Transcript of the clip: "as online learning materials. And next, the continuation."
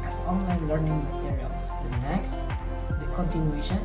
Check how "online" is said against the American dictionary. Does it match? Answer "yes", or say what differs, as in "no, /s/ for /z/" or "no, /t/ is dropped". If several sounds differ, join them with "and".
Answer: yes